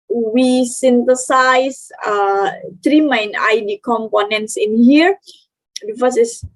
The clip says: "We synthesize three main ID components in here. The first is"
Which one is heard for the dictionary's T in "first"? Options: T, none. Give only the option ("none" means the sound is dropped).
none